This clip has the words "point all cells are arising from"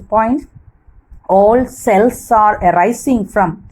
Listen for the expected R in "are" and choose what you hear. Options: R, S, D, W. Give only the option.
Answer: R